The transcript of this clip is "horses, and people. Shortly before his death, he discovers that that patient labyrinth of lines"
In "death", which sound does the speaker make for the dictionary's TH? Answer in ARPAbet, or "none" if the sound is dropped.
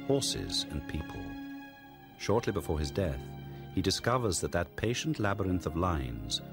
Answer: TH